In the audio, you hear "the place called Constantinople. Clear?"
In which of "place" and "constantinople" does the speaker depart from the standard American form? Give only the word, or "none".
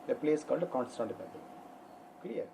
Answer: constantinople